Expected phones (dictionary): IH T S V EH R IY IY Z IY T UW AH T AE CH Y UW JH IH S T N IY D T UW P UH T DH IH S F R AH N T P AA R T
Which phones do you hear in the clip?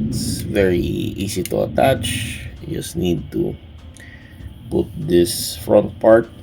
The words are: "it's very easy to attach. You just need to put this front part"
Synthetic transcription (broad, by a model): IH T S V EH R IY IY S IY T UW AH T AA CH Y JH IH S N IY D T UW P UH T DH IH S F R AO N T P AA R T